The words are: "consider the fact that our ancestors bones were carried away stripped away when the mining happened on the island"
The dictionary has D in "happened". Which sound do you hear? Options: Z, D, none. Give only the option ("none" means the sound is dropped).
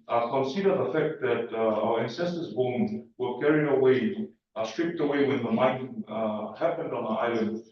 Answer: D